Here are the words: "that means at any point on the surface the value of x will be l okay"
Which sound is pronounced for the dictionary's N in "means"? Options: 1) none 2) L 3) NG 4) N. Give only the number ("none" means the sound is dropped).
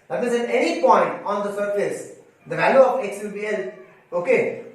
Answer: 1